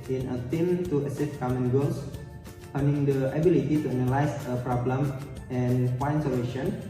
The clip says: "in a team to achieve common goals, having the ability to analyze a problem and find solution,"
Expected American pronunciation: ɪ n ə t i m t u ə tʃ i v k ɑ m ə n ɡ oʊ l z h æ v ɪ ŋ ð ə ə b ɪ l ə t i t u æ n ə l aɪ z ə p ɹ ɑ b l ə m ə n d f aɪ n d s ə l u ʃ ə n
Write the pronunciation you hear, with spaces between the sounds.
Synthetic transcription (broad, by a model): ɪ n ə t i m t u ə s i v k ɑ m ə n ɡ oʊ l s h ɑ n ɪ ŋ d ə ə b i l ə t i t u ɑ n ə l aɪ s ə p ɹ ɑ b l ə m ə n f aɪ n s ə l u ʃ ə n